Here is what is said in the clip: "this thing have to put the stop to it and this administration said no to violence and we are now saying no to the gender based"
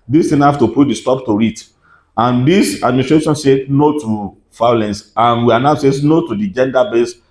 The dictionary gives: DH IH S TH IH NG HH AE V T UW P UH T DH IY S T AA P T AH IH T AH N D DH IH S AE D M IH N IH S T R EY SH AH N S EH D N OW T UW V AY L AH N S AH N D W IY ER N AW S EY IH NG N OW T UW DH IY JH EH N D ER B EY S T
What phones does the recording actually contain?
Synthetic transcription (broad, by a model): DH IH S T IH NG HH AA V T UW P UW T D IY S T AA P T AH IH T AH N D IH S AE D M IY N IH S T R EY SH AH N S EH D N OW T UW F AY L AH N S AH N W IY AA N AW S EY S N OW T UW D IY JH EH N D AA B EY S